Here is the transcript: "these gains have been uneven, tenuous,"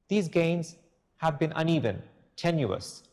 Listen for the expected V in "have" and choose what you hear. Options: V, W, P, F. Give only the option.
V